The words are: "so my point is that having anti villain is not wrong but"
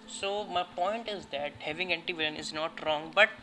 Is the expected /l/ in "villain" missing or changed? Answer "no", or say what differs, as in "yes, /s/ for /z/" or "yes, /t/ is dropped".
yes, /l/ is dropped